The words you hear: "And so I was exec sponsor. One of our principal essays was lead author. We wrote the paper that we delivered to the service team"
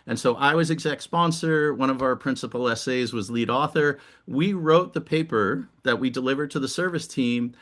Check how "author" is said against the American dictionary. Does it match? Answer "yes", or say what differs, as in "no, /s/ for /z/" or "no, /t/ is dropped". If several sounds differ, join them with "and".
yes